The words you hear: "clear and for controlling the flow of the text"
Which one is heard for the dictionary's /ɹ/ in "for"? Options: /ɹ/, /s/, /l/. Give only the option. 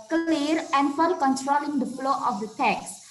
/l/